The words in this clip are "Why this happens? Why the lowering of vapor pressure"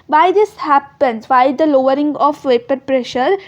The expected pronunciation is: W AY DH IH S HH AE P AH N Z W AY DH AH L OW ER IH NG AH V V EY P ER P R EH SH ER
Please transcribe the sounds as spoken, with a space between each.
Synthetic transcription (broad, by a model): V AY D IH S HH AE P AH N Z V AY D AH L OW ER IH NG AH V V EY P ER P R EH SH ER